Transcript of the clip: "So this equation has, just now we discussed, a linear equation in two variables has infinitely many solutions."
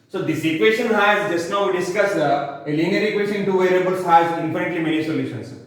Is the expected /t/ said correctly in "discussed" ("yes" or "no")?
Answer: no